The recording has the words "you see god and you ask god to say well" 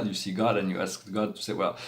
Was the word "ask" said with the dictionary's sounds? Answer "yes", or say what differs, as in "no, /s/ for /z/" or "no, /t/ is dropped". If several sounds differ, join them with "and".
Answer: yes